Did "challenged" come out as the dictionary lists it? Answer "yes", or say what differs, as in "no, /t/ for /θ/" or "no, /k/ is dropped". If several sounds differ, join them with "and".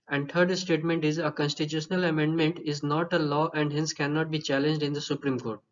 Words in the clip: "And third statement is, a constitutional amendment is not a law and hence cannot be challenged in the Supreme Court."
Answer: yes